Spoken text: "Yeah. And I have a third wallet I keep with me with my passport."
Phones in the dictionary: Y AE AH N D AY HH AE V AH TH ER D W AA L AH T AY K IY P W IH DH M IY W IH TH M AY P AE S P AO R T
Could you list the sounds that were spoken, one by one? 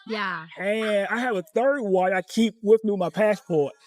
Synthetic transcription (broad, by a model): Y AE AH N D AY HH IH V AH TH ER D W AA AH IH K IY P W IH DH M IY M AY P AE S P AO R T